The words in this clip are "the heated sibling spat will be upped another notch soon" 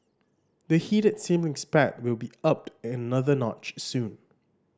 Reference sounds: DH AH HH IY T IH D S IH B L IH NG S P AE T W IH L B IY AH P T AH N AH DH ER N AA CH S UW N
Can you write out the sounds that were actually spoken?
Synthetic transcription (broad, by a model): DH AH HH IY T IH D S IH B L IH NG S P AE T W IH L B IY AH P T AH N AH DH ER N AA CH S UW N